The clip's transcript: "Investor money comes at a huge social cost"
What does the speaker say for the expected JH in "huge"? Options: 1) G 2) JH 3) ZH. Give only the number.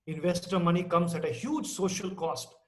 2